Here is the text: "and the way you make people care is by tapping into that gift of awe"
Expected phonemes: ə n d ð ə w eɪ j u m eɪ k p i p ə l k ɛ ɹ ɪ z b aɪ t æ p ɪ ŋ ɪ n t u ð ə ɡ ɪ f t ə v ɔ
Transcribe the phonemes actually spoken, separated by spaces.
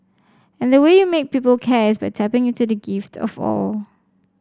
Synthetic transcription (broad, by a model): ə n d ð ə w eɪ j u m eɪ k p i p ə l k ɛ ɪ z b aɪ t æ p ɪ ŋ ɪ t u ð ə ɡ ɪ f t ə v ɔ